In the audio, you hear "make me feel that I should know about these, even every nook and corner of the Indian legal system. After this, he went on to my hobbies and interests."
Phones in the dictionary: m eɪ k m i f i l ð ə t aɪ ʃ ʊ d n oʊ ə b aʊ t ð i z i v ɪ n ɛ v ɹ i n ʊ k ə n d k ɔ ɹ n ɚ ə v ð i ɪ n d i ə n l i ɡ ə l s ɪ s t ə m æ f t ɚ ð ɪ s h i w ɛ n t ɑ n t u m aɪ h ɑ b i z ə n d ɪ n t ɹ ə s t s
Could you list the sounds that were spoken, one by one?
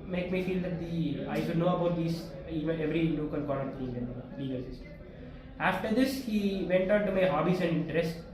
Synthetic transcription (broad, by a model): m eɪ k m i f i l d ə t aɪ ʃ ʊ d n oʊ ə b aʊ t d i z i v ɪ n ɛ v ɹ i l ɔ k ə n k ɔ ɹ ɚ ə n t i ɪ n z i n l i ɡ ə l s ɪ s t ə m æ f t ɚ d ɪ s h i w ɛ n t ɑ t t u m aɪ h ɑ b i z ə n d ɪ n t ɹ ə s t